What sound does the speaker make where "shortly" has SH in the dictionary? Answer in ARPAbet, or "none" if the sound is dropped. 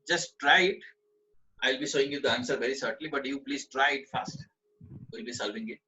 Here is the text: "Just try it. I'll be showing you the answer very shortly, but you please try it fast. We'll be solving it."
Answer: S